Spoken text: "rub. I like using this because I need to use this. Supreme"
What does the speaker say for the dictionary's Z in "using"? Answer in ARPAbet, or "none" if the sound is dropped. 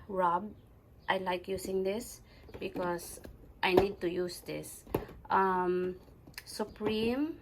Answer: S